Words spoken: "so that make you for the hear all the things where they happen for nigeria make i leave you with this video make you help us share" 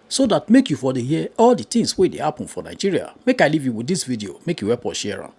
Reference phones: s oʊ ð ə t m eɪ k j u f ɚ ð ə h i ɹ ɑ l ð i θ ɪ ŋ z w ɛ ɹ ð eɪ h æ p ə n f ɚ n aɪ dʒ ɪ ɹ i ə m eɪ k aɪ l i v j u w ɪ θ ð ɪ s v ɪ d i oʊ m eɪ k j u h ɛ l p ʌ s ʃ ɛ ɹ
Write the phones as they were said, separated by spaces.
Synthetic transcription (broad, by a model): s oʊ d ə t m eɪ k j u f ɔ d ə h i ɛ ɑ l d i t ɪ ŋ s w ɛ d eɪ h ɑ p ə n f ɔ n aɪ dʒ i ɹ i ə m eɪ k aɪ l i v j u w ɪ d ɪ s v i d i oʊ m eɪ k j u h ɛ p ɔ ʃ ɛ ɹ